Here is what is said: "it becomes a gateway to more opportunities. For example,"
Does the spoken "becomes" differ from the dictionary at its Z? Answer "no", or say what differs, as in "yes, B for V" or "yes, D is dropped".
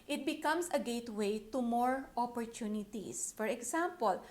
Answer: yes, S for Z